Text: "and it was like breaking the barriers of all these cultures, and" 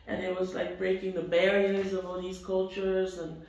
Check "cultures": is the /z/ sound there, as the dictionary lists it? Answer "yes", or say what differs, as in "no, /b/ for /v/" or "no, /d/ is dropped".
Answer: yes